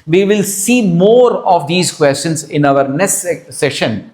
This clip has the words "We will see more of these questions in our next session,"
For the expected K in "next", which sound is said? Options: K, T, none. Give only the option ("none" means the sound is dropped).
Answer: none